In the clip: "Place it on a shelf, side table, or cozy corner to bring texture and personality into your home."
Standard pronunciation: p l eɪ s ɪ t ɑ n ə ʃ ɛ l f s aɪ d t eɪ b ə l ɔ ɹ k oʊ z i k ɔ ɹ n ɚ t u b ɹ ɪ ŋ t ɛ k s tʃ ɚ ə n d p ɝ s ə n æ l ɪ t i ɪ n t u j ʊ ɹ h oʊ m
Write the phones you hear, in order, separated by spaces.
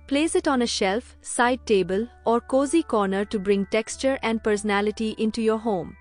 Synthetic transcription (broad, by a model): p l eɪ s ɪ t ɑ n ə ʃ ɛ l f s aɪ d t eɪ b ə l ɔ ɹ k oʊ z i k ɔ ɹ n ɚ t u b ɹ ɪ ŋ t ɛ k s tʃ ɚ ə n d p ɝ s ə n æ l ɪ t i ɪ n t u j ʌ ɹ h oʊ m